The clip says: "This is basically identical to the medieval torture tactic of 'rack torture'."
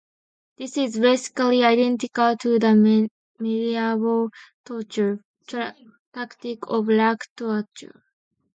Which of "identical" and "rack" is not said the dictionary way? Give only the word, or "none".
rack